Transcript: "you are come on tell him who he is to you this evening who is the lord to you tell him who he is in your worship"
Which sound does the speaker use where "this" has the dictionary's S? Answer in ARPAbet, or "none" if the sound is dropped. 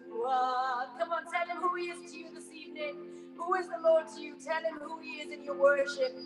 S